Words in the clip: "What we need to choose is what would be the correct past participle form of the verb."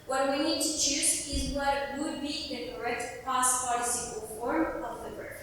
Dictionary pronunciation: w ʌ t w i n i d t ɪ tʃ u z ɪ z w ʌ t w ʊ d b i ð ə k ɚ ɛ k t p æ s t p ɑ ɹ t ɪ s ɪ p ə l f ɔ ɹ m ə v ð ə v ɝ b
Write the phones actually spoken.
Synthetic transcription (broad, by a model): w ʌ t w i n i d t ɪ tʃ u z ɪ z w ʌ t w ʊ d b i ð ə k ɚ ɛ k t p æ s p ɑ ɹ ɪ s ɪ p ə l f ɔ ɹ m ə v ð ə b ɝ